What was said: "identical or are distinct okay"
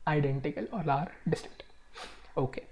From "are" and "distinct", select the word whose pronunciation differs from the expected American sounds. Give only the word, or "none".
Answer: distinct